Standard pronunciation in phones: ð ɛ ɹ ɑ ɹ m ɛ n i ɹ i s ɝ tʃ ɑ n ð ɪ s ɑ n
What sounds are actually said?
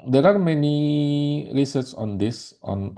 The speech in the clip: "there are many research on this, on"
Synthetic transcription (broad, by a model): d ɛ ɹ ɑ ɹ m ɛ n i ɹ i s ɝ s ɑ n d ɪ s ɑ n